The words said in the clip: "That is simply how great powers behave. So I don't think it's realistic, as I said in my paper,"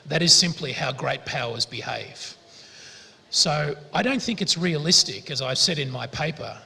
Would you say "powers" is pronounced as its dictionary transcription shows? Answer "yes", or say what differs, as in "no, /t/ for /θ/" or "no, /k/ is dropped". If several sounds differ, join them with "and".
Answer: yes